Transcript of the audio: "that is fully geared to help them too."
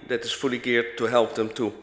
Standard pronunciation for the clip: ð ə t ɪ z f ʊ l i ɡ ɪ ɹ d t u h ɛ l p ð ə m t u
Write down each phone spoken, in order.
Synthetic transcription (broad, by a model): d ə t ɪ s f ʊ l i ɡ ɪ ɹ t u h ɛ l p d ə m t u